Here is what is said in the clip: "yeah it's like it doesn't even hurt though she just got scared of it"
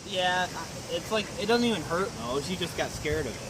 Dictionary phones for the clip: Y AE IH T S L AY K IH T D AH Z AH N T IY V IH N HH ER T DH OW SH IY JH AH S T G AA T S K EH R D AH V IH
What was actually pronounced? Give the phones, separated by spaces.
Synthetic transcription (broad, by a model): Y AE IH T S L AY K IH T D AH Z N T IY V IH N HH ER T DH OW SH IY JH AH S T G AA T S K EH R D AH V